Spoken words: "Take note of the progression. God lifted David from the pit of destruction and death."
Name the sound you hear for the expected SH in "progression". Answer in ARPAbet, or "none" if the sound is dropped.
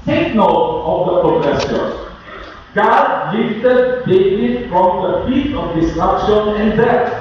S